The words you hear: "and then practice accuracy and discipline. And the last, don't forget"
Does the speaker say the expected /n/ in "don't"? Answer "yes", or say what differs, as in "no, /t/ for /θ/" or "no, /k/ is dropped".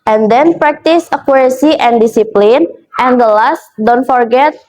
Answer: yes